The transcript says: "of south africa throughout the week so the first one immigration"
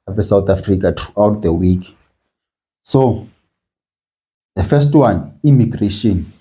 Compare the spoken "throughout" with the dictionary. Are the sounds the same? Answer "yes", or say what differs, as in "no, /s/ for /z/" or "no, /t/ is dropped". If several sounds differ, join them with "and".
no, /t/ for /θ/